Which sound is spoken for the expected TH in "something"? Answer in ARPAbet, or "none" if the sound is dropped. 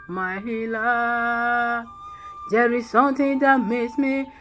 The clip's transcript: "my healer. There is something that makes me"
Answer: T